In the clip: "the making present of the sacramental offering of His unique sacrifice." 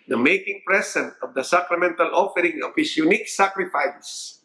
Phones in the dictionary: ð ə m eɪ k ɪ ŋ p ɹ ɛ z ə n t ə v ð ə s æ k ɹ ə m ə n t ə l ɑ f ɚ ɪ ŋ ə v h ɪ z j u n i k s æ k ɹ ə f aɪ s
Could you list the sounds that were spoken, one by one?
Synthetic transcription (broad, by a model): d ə m eɪ k ɪ ŋ p ɹ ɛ s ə n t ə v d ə s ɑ k ɹ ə m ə n t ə l ɑ f ɚ ɪ ŋ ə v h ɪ s j u n i k s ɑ k ɹ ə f aɪ s